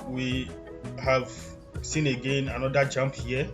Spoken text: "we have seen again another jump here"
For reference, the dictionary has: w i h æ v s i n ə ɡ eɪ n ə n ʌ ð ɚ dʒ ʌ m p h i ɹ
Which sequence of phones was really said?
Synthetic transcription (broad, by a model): w i h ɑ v s i n ə ɡ eɪ n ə n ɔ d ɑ dʒ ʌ m p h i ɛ